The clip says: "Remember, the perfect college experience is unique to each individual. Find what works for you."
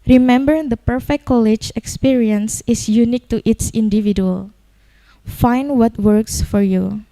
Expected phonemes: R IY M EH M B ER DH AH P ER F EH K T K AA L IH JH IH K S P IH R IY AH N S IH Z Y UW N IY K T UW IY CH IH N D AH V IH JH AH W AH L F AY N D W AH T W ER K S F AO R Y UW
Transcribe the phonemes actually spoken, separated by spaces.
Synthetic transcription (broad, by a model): R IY M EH M B ER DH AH P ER F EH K K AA L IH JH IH K S P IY R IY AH N S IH S Y UW N IY K T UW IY S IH N D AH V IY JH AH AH L F AY N D W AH T W ER K S F AO R Y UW